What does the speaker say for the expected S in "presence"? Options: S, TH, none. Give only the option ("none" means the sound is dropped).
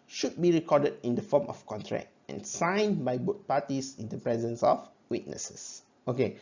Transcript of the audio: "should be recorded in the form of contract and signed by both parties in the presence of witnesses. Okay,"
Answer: S